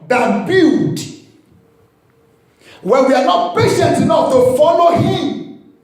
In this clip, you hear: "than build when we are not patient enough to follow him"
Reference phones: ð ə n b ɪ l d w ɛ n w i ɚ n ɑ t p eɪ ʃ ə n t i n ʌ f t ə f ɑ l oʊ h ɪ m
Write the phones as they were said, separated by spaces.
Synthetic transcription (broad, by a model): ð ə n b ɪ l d w ɛ n w i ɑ n ɑ t p eɪ ʃ ə n t i n ʌ f t ə f ɑ l oʊ h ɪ m